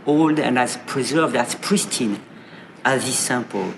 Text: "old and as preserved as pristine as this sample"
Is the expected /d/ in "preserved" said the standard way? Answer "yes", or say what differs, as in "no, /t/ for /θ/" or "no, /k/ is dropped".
yes